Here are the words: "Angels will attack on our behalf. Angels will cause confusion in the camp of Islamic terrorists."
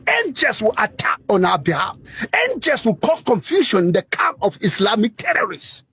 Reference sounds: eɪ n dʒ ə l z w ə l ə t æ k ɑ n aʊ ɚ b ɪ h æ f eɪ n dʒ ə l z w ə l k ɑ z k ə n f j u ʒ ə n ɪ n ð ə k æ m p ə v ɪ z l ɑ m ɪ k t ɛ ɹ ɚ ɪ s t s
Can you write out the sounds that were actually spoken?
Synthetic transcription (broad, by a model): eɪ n dʒ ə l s w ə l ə t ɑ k ɑ n aʊ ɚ b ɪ h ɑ f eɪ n dʒ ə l s w ə l k ɑ s k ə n f j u ʃ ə n ɪ n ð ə k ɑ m ə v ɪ s l ɑ m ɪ k t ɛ ɹ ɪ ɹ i s